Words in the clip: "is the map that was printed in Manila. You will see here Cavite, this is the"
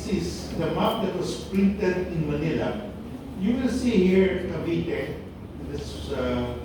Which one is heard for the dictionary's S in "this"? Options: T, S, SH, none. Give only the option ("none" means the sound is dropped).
none